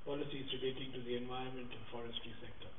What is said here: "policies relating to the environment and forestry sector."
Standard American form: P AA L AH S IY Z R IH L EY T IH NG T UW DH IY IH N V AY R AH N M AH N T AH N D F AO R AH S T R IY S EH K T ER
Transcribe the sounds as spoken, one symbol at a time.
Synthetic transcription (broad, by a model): P AA L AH S IY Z R IH L EY T IH NG T UW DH IY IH N V AY AH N M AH N T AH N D F AO R AH S T R IY S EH K T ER